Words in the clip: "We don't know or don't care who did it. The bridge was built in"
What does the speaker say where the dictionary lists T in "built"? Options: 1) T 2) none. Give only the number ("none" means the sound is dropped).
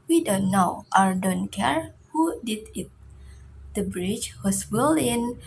2